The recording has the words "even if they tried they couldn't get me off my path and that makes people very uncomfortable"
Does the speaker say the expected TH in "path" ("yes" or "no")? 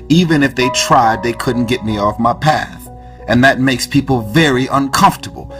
yes